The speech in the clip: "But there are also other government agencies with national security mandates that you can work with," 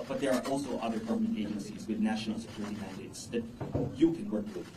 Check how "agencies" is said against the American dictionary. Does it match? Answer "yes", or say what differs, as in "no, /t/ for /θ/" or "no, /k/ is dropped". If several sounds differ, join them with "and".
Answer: yes